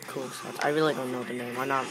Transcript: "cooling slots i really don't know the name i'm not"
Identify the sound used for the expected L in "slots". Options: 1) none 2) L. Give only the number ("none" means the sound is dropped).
1